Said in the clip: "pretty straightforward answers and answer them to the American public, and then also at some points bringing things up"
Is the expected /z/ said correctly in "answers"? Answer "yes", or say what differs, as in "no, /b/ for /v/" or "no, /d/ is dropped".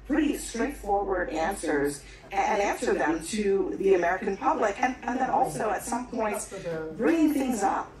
yes